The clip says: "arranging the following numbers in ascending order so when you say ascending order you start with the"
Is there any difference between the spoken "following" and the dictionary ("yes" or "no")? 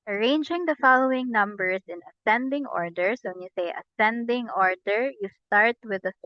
no